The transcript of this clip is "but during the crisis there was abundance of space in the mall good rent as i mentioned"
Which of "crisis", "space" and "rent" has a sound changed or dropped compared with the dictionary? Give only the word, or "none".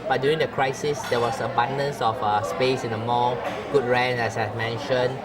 rent